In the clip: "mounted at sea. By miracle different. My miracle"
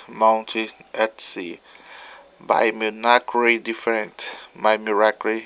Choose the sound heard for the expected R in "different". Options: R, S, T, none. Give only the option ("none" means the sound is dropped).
none